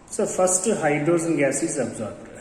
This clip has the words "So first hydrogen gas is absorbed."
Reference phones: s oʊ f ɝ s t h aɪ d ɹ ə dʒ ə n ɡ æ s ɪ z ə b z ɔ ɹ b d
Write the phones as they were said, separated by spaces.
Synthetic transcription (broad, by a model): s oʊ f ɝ s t h aɪ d ɹ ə z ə n ɡ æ s ɪ z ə b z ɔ ɹ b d